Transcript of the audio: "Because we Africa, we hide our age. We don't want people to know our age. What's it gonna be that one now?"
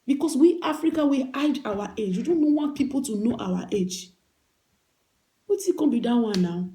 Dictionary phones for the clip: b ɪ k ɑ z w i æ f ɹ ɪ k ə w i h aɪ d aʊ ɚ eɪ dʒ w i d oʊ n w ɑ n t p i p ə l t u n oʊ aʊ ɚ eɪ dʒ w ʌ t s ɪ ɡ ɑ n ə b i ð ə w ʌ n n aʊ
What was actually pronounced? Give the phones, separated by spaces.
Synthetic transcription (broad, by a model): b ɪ k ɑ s w i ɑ f ɹ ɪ k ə w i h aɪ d aʊ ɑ eɪ dʒ w i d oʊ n w ɑ n t p i p ə l t u n oʊ aʊ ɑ eɪ dʒ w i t ɪ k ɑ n b i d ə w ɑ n n aʊ